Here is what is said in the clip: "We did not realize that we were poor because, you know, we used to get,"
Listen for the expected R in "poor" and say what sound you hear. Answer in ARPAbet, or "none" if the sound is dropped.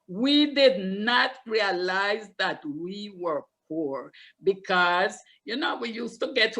R